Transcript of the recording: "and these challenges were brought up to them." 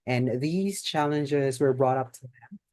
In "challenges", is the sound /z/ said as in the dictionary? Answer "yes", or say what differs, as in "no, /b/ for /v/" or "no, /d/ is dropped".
yes